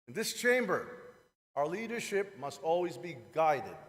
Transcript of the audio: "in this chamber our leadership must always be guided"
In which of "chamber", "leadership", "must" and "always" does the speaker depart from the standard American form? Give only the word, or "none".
none